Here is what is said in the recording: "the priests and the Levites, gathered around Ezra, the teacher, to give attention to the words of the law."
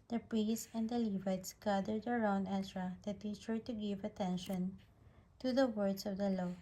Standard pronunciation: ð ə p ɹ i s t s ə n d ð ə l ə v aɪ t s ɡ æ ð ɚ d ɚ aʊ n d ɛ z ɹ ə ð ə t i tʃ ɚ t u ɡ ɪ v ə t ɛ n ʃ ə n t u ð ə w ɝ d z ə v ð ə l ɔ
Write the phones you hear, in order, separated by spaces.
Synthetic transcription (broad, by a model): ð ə p ɹ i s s ə n d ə l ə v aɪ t s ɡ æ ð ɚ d ɚ aʊ n d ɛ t ɹ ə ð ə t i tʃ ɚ t u ɡ ɪ v ə t ɛ n ʃ ə n t u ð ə w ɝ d s ə v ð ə l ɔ